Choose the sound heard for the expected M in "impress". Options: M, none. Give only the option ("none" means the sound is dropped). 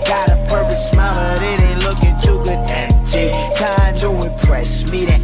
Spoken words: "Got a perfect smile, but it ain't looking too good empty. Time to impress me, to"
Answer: none